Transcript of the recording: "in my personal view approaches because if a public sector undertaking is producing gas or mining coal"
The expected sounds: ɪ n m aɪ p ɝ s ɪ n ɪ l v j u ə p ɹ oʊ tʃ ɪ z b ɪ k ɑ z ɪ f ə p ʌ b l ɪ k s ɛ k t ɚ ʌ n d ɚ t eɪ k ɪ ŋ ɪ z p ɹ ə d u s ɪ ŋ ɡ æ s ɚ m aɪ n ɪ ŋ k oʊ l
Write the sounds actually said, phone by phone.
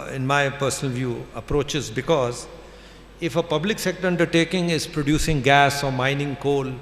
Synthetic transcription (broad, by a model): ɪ n m aɪ p ɝ s ɪ n ɪ l v j u ə p ɹ oʊ tʃ ɪ z b ɪ k ɑ z ɪ f ə p ʌ b l ɪ k s ɛ k t ɚ ʌ n d ɚ t eɪ k ɪ ŋ ɪ z p ɹ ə d u s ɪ ŋ ɡ æ s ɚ m aɪ n ɪ ŋ k oʊ l